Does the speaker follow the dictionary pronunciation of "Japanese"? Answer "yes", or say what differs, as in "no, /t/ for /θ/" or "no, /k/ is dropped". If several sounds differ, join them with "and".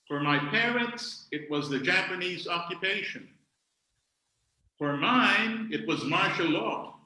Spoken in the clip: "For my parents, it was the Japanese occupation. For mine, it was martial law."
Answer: yes